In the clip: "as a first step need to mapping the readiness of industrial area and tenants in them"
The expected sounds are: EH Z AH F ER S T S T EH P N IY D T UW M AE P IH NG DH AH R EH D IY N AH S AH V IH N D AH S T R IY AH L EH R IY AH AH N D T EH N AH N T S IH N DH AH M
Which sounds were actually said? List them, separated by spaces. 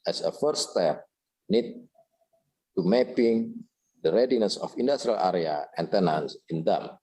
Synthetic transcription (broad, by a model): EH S AH F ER T S T EH P N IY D T UW M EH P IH NG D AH R EH D IY N AH S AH F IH N D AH S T R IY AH L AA R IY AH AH N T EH N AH N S IH N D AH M